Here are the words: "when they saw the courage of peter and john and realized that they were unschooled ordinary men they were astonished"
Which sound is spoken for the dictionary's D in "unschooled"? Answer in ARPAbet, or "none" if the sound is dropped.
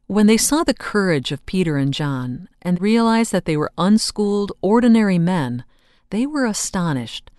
D